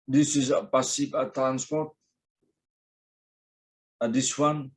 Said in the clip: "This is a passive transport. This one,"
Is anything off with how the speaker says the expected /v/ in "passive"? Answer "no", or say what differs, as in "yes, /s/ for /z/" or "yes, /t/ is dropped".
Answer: yes, /p/ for /v/